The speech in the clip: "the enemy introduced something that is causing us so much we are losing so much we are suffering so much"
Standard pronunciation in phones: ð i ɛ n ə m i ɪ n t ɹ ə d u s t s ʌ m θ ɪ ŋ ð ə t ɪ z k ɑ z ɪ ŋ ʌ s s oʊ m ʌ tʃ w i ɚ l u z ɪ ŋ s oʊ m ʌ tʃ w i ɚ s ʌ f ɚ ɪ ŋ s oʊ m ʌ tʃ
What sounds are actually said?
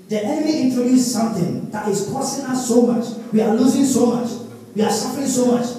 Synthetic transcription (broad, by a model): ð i ɛ n ə m i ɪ n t ɹ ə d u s s ʌ m θ ɪ ŋ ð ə t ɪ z k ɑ s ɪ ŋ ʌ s s oʊ m ʌ tʃ w i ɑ l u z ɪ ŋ s oʊ m ʌ tʃ w i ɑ s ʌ f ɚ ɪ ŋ s oʊ m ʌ tʃ